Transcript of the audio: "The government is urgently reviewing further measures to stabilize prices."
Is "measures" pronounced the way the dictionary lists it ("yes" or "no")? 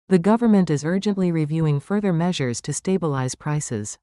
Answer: yes